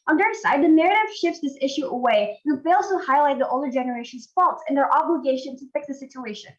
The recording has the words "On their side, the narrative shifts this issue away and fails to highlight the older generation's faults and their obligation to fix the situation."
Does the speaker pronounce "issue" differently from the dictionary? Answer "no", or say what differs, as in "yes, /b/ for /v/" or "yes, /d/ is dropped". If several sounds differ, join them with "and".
no